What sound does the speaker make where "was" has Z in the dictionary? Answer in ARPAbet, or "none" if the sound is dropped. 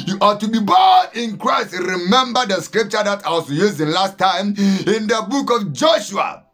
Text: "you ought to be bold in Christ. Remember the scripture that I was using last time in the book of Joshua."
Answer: S